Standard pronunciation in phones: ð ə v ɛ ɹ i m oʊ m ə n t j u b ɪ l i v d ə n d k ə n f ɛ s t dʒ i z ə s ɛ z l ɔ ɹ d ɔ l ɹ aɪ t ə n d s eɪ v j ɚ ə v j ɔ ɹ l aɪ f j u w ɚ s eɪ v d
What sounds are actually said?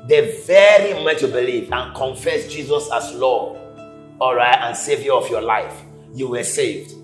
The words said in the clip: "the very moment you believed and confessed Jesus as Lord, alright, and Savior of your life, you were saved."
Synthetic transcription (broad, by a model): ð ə v ɛ ɹ i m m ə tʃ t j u b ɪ l i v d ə n k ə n f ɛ s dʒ i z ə s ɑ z l ɔ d ɔ l ɹ aɪ t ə n s eɪ v j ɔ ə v j ɔ l aɪ f j u w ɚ s eɪ v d